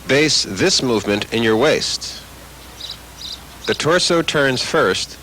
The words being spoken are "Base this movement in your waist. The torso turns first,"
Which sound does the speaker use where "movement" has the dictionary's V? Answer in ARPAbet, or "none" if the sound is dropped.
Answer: V